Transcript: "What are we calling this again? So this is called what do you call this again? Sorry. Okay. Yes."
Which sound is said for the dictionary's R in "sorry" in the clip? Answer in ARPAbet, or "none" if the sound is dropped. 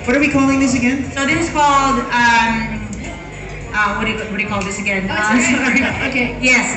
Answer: none